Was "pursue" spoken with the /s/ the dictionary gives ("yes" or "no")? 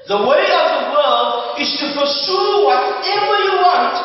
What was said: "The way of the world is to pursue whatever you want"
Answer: no